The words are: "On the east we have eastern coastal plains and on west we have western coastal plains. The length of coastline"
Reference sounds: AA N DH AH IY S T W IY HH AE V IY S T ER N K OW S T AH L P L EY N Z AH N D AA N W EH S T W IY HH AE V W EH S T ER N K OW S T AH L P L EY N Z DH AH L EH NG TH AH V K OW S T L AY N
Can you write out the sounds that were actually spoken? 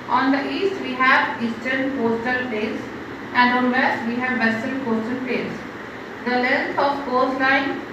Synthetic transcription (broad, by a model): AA N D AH IY S T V IY HH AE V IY S T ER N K OW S T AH L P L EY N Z AH N D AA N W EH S T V IY HH AE V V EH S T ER L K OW S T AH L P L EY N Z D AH L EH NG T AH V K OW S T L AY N